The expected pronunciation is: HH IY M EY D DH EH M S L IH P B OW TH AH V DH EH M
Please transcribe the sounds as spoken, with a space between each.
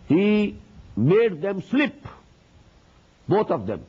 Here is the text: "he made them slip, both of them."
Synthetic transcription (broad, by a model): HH IY M EY D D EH M S L IH P B OW T AH V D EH M